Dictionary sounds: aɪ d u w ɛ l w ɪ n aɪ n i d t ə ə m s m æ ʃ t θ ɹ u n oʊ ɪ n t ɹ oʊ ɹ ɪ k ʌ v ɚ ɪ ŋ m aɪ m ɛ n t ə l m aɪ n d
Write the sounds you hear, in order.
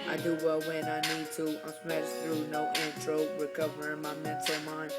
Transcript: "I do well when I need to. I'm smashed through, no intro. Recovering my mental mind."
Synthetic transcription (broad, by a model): aɪ d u w ɛ l w ɪ n aɪ n i d t ə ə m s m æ t θ ɹ u n oʊ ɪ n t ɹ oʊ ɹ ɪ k ʌ v ɚ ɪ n m aɪ m ɛ n t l m aɪ n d